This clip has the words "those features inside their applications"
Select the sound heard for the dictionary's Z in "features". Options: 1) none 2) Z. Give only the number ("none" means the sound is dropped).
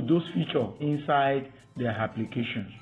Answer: 1